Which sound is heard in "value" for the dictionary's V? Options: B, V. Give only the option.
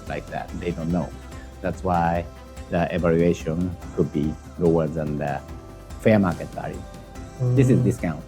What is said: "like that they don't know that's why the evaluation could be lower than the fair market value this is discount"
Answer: B